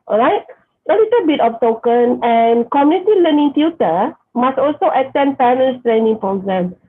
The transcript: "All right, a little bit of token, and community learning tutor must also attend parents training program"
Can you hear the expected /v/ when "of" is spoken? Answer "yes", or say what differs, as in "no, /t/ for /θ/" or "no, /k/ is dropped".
no, /p/ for /v/